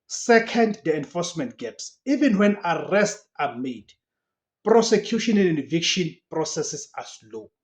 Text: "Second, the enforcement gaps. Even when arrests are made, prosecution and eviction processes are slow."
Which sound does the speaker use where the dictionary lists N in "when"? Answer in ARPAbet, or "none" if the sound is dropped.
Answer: N